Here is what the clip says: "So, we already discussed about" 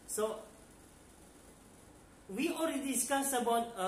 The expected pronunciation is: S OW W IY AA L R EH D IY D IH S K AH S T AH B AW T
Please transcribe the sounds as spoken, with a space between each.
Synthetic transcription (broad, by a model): S OW W IY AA L R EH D IY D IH S K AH S AH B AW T